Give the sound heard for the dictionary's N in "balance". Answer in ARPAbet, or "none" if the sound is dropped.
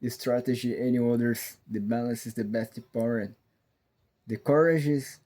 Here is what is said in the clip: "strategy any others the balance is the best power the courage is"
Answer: N